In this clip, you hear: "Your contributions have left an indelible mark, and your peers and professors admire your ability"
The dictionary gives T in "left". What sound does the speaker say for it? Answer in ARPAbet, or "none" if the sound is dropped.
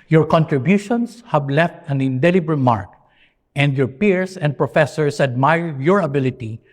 T